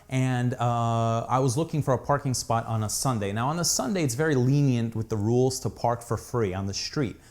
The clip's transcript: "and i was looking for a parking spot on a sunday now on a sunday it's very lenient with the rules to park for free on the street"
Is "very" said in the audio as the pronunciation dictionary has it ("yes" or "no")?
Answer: yes